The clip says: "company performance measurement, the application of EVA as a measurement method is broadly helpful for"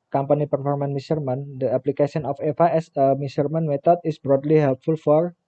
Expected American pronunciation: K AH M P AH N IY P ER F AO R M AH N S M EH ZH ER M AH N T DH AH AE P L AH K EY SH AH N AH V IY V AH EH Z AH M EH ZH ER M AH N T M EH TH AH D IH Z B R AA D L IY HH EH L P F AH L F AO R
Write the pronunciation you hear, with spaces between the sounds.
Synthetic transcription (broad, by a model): K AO M P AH N IY P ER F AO R M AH N M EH S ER M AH N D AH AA P L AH K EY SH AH N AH F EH F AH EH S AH M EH S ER M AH N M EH T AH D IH S B R AA D L IY HH EH L P F AH L F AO R